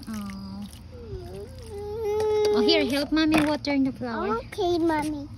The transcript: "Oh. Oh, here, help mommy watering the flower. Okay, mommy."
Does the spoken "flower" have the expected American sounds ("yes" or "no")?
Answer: no